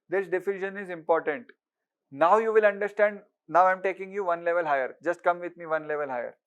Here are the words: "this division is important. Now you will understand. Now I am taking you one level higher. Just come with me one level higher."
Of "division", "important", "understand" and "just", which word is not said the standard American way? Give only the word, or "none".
division